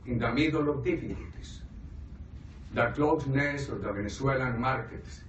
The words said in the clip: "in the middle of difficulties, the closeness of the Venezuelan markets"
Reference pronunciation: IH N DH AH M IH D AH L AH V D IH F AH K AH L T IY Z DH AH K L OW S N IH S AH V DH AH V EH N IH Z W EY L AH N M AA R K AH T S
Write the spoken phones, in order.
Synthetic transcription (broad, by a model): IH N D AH M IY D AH L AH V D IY F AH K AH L T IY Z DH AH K L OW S N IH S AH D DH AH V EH N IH S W EY L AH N M AA R K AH T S